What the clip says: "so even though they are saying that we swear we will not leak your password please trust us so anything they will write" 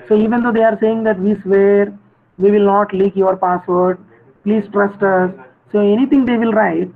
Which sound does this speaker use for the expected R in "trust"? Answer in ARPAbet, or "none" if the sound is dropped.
R